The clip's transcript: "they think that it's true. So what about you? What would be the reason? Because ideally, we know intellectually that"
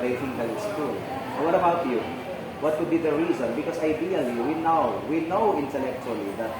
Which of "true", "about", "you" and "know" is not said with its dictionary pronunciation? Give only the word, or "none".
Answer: true